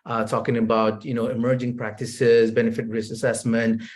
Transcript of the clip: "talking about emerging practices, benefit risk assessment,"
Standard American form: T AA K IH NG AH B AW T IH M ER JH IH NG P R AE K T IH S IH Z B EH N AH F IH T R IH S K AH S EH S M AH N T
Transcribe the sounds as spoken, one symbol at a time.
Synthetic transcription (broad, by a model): T AA K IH NG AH B AW T IH M ER JH IH NG P R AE K T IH S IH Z B EH N AH F IH T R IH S AH S EH S M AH N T